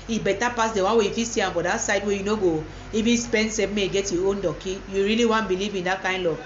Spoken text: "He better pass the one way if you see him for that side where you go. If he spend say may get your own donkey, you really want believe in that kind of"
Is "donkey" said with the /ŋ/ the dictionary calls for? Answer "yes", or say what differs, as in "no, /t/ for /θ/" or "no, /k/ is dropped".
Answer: no, /ŋ/ is dropped